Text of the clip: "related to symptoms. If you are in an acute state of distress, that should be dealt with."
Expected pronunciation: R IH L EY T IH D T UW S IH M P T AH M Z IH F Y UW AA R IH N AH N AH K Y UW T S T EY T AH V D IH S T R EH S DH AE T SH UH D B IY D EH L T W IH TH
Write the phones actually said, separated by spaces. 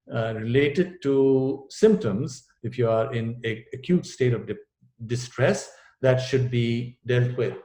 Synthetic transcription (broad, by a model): R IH L EY T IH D T UW S IH M P T AH M Z IH F Y UW AA R IH N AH AH K Y UW T S T EY T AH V D IH S T R EH S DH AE T SH UH D B IY D EH L T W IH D